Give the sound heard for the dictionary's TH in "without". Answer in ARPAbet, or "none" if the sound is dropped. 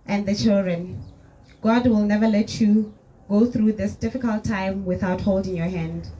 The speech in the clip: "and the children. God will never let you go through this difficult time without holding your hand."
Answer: TH